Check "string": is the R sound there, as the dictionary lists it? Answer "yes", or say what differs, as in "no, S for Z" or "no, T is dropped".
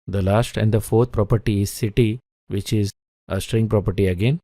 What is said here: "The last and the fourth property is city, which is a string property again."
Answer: yes